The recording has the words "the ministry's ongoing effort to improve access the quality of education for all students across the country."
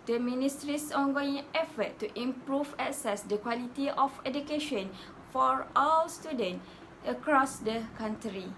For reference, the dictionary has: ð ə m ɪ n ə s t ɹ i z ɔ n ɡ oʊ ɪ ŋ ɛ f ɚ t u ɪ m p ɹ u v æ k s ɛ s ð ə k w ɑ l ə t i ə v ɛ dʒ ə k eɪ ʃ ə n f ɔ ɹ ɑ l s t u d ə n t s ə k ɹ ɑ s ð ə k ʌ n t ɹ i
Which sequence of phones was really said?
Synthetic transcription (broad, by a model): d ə m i n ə s t ɹ i s ɔ n ɡ oʊ ɪ ŋ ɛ f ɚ t u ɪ m p ɹ u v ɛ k s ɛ s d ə k w ɑ l ə t i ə f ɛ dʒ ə k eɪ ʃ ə n f ɔ ɹ ɑ w s t u d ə n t ə k ɹ ɑ s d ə k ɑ n t ɹ i